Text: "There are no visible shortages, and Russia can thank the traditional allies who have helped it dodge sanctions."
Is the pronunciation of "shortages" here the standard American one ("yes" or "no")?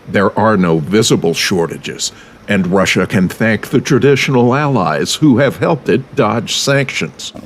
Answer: yes